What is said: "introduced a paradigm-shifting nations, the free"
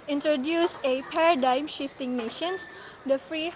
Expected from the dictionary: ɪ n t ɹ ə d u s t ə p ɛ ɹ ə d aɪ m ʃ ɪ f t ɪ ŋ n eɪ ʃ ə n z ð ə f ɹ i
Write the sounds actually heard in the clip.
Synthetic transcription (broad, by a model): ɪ n t ɹ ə d u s ə p ɛ ɹ ə d aɪ m ʃ ɪ f t ɪ ŋ n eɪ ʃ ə n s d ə f ɹ i